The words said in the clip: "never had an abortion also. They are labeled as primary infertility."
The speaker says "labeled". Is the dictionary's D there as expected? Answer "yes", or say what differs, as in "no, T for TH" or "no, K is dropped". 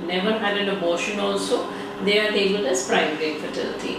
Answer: no, D is dropped